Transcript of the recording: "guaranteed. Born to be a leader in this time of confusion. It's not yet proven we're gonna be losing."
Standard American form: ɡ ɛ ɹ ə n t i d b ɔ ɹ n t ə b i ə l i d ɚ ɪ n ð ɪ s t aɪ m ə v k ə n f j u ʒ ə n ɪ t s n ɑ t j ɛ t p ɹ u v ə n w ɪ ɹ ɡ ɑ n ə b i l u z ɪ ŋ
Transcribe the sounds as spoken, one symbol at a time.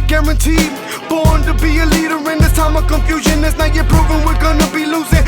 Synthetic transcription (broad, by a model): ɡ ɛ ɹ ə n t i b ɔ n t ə b i ə l i d ɚ ɪ n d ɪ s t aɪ m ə k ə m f j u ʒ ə n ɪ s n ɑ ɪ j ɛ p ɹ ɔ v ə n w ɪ l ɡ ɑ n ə b i l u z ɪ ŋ